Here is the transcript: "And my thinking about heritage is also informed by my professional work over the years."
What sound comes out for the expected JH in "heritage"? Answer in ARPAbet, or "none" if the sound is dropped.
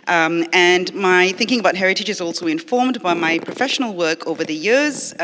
JH